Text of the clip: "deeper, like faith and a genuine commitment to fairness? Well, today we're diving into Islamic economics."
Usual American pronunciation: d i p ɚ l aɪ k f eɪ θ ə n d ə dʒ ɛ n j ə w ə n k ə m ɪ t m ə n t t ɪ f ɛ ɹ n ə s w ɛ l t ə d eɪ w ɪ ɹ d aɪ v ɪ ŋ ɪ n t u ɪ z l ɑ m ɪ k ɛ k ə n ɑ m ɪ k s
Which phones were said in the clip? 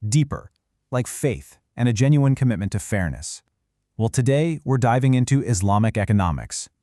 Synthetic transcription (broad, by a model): d i p ɚ l aɪ k f eɪ θ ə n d ə dʒ ɛ n j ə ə n k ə m ɪ t m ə n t t ɪ f ɛ ɹ n ə s w ɛ l t ə d eɪ w ɪ ɹ d aɪ v ɪ ŋ ɪ n t u ɪ z l ɑ m ɪ k ɛ k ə n ɑ m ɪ k s